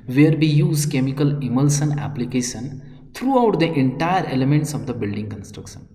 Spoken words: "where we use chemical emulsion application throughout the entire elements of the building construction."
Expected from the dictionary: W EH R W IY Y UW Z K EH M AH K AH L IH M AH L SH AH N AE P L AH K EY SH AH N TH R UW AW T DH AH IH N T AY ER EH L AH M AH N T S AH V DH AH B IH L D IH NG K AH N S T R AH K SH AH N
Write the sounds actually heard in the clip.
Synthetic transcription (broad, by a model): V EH R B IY Y UW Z K EH M AH K AH L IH M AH L S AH N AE P L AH K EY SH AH N T R UW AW T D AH IH N T AY ER EH L AH M AH N T S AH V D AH B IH L D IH NG K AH N S T R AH K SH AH N